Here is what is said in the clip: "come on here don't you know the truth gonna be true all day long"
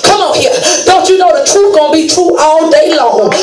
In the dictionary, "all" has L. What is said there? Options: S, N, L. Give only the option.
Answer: N